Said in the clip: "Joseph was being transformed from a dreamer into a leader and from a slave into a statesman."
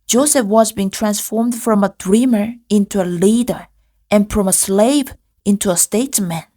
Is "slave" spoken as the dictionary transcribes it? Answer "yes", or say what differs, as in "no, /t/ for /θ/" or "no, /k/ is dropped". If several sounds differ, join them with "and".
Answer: yes